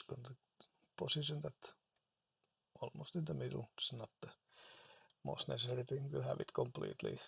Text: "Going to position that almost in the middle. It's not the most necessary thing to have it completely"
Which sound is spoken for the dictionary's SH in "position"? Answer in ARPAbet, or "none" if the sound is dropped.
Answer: S